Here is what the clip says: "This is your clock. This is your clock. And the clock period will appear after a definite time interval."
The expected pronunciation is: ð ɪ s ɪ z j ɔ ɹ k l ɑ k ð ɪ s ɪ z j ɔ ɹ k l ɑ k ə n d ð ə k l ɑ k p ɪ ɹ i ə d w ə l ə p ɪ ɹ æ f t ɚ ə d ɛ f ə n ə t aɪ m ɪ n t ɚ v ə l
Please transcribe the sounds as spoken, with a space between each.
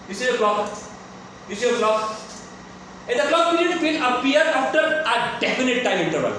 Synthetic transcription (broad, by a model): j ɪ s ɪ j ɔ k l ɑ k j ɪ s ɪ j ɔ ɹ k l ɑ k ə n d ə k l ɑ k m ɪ l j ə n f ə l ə p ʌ ɹ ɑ f t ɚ ə d ɛ f ə n ə t aɪ m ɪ n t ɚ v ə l